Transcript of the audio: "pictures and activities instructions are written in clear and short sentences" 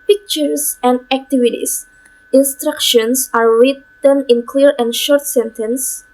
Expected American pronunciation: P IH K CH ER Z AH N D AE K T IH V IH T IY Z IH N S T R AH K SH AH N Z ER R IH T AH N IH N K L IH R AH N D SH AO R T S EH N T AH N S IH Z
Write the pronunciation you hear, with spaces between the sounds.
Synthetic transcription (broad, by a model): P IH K CH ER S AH N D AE K T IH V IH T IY S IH N S T R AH K SH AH N S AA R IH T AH N IH N K L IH R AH N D SH AO R T S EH N T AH N S